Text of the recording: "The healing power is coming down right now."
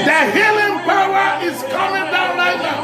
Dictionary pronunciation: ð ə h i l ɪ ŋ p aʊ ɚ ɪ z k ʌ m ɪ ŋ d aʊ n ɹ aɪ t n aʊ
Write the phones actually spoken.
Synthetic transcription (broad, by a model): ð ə h i l ɪ ŋ p aʊ ɚ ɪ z k ʌ m ɪ ŋ d aʊ n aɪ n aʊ